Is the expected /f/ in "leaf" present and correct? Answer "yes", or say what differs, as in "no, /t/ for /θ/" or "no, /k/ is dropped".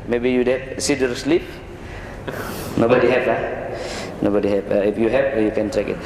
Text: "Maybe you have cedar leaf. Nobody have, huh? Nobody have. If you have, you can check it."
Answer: no, /p/ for /f/